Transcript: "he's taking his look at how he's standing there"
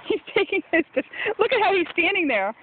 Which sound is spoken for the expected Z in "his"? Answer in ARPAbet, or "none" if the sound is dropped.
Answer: S